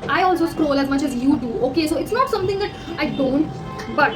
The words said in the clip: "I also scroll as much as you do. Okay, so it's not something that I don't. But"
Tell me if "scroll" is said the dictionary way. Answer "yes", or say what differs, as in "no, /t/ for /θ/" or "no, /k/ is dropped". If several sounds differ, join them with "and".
yes